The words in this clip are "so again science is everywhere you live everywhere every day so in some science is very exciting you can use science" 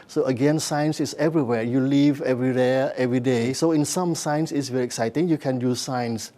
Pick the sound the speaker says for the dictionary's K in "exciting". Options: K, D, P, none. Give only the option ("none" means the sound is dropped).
K